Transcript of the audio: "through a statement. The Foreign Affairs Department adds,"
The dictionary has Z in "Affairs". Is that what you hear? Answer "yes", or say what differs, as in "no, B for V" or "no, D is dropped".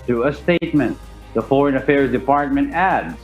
yes